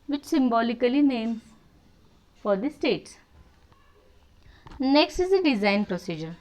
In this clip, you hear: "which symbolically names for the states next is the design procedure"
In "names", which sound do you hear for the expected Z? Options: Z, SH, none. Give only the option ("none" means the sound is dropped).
none